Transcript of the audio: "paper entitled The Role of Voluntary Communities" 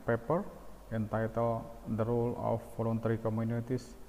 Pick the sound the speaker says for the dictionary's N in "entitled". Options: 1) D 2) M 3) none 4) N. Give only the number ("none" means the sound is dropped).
4